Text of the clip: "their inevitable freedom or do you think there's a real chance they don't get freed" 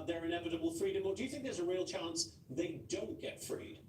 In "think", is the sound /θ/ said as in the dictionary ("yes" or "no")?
yes